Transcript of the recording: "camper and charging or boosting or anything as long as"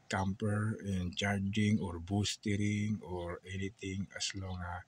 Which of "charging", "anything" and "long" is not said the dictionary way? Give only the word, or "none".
anything